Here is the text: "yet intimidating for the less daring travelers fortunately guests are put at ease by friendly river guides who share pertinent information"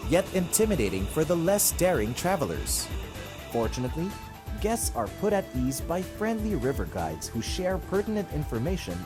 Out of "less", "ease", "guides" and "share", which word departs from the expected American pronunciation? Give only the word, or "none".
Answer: none